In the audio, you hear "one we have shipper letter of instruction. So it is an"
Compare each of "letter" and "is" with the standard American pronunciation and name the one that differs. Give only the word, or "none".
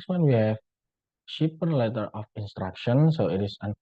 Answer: is